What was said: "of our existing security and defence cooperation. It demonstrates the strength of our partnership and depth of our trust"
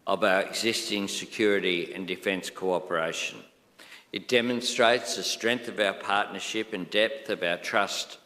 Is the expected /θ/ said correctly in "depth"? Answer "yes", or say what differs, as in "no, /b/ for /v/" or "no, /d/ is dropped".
yes